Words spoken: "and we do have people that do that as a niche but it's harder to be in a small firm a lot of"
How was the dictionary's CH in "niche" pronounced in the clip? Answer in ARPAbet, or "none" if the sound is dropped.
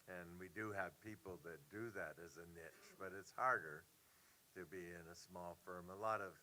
CH